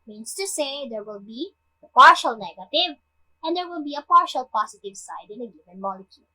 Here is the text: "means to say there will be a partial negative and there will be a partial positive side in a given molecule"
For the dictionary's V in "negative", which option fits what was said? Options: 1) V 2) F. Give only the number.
1